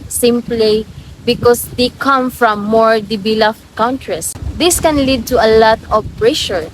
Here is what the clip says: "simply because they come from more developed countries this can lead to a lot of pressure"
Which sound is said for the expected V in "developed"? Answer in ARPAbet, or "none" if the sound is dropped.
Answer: B